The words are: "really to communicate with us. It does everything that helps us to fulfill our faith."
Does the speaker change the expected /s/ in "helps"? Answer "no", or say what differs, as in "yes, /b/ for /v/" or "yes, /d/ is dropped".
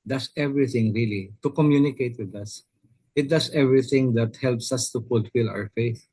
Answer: no